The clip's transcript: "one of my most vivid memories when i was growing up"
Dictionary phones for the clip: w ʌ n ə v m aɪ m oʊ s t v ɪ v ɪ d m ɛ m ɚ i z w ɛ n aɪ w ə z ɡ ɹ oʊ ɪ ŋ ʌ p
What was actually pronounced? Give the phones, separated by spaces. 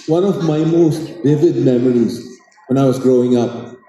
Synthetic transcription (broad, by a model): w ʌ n ə v m aɪ m oʊ s t v ɪ v ɪ d m ɛ m ɚ i z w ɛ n aɪ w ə z ɡ ɹ oʊ ɪ ŋ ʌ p